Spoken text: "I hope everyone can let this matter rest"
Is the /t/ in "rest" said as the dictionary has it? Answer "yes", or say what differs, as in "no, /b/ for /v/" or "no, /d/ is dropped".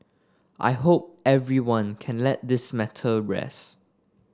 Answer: no, /t/ is dropped